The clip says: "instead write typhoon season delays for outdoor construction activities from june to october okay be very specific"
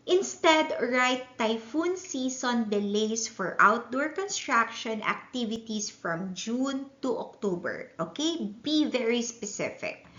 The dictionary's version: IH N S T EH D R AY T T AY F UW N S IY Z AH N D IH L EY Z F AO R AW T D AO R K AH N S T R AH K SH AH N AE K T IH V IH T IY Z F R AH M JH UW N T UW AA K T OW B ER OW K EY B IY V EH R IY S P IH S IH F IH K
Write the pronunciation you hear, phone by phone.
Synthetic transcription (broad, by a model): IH N S T EH D R AY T T AY F UW N S IY S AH N D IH L EY S F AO R AW T D AO R K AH N S T R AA K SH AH N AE K T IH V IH T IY S F R AH M JH UW N T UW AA K T OW B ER OW K EY B IY V EH R IY S P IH S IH F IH K